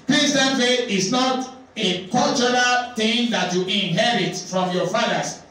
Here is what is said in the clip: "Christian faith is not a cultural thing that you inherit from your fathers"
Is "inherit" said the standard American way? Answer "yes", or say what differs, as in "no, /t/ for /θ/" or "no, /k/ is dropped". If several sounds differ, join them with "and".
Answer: yes